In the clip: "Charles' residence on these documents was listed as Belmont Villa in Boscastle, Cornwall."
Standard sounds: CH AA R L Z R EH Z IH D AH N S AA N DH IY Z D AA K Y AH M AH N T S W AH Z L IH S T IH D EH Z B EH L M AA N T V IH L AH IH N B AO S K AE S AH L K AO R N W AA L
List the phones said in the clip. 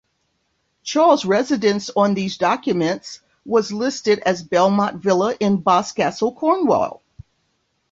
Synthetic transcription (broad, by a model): CH AA R L Z R EH Z IH D AH N S N DH IY Z D AA K Y AH M AH N T S W AH Z L IH S T IH D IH Z B EH L M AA T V IH L AH IH N B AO S K AE S L K AO R N W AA L